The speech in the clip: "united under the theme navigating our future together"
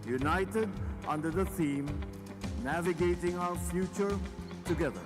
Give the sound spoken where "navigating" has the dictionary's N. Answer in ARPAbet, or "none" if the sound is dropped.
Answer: N